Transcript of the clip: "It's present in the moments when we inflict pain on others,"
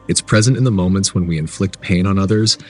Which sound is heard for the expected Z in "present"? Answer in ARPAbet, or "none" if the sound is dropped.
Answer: Z